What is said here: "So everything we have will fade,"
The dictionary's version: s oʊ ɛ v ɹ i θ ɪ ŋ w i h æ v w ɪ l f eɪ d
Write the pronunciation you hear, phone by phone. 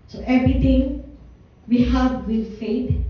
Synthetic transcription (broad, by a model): s oʊ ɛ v ɹ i t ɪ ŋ w i h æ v w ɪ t f eɪ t